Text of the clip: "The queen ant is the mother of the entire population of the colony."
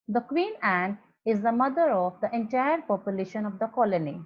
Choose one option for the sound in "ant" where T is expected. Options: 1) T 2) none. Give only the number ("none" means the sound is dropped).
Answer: 2